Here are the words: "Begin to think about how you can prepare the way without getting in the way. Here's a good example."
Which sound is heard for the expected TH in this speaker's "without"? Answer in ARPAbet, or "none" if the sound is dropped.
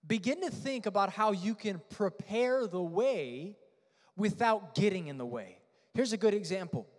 TH